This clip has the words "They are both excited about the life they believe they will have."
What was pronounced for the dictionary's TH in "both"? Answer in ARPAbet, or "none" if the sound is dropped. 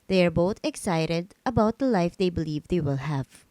T